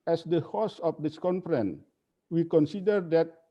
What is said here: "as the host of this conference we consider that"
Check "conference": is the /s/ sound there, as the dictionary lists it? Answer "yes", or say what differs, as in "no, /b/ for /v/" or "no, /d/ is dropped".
no, /s/ is dropped